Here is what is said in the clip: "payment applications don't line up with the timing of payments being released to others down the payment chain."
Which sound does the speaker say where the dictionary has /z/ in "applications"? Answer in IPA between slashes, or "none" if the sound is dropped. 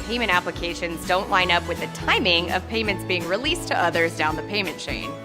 /z/